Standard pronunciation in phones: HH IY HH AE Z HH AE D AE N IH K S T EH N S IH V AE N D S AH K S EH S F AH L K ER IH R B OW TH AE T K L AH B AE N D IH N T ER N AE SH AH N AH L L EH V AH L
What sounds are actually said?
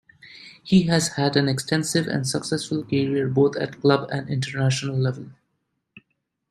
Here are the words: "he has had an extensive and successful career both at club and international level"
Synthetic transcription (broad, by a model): HH IY HH AE Z HH AE D AE N IH K S T EH N S IH V AE N D S AH K S EH S F AH L K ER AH R B OW T AE T K L AH B AE N D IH N T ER N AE SH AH N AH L L EH V AH L